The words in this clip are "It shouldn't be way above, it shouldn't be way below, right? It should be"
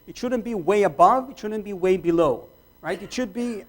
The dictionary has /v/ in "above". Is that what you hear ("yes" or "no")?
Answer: yes